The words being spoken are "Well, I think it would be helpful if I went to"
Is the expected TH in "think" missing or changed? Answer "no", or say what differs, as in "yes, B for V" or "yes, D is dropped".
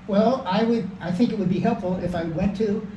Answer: no